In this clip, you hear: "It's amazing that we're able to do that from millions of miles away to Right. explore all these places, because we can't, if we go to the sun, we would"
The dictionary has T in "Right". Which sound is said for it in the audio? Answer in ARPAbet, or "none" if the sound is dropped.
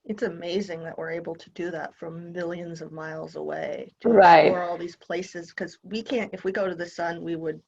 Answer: none